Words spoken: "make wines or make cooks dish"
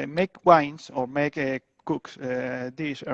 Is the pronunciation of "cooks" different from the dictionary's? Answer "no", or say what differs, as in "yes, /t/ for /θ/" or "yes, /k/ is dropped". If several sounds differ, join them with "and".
no